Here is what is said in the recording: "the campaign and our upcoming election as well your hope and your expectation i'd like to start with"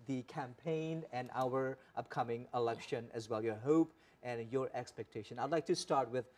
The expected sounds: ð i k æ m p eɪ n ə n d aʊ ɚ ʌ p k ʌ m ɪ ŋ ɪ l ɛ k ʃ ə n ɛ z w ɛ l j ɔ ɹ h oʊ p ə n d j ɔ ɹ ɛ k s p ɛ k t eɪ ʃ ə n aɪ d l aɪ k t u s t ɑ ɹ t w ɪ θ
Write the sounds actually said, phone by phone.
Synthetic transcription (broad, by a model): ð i k æ m p eɪ n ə n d aʊ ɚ ʌ p k ʌ m ɪ ŋ ɪ l ɛ k ʃ ə n ɛ z w ɛ l j ɔ ɹ h oʊ p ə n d j ɔ ɹ ɛ k s p ɛ k t eɪ ʃ ə n aɪ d l aɪ k t u s t ɑ ɹ t w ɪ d